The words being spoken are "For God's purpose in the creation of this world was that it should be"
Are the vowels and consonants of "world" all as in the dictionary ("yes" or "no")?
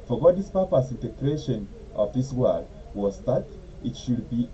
no